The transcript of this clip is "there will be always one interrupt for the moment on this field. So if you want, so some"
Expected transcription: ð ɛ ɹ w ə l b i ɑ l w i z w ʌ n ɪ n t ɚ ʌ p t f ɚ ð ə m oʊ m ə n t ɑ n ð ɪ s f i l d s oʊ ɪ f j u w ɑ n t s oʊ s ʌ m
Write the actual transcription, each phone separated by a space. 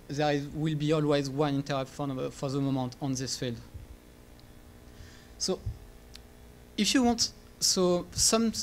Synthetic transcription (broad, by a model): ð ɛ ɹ w ə l b i ɑ l w i z w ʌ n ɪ n t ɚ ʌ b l f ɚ ð ə m oʊ m ə n t ɑ n ð ɪ s f i l d s oʊ ɪ f j u w ɑ n t s oʊ s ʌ m